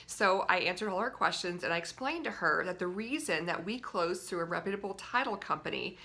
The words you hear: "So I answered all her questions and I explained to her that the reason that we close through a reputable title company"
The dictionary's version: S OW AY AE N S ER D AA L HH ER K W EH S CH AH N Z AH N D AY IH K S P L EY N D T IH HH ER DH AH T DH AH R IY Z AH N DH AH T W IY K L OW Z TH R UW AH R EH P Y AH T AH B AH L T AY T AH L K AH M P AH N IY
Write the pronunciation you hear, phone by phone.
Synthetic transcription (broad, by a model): S OW AY AE N S ER D AA L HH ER K W EH S CH AH N Z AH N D AY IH K S P L EY N T IH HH ER DH AH T DH AH R IY Z AH N DH AH T W IY K L OW Z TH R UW AH R EH P Y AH T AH B L T AY T L K AH M P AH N IY